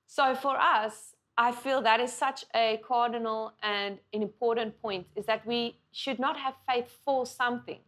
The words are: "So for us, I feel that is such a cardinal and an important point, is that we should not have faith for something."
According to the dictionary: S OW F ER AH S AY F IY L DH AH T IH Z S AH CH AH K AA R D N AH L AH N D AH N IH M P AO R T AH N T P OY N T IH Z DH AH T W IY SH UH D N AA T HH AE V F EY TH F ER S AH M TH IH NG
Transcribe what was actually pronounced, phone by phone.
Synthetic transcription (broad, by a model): S OW F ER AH S AY F IY L DH AH T IH Z S AH CH AH K AA R D N AH L AH N D AH N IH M P AO R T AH N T P OY N T IH Z DH AH T W IY SH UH D N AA T HH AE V F EY TH F ER S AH M TH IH NG